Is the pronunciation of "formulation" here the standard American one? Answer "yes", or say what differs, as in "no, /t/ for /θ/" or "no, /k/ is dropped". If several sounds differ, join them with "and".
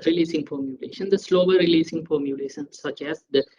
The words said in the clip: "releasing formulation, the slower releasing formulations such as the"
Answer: no, /p/ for /f/